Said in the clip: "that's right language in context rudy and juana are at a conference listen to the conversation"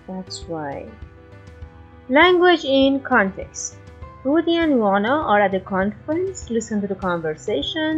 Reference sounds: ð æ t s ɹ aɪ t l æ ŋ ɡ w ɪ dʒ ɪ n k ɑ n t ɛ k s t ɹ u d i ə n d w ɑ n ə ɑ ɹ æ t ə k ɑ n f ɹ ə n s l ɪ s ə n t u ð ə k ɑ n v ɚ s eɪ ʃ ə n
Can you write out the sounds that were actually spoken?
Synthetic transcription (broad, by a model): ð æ t s w aɪ l æ ŋ ɡ w ɪ dʒ ɪ n k ɑ n t ɛ k s t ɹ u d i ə n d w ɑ n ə ɑ ɹ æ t ə k ɑ n f ɹ ə n s l ɪ s ə n t u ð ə k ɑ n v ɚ s eɪ ʃ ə n